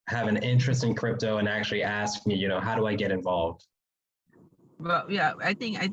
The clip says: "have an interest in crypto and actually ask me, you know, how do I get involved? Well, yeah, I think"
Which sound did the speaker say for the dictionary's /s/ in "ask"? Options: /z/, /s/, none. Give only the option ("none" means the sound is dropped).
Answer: /s/